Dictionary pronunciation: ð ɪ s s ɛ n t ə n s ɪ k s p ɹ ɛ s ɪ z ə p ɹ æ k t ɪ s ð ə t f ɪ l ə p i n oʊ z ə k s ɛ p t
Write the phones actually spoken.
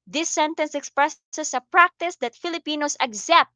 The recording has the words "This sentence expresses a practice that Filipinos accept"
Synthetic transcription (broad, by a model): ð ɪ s s ɛ n t ə n s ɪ k s p ɹ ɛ s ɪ s ə p ɹ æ k t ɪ s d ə t f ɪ l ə p i n oʊ s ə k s ɛ p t